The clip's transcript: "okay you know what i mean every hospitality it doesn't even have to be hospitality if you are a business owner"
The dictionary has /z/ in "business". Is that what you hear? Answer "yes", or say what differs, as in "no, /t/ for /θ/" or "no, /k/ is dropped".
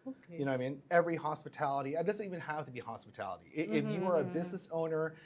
yes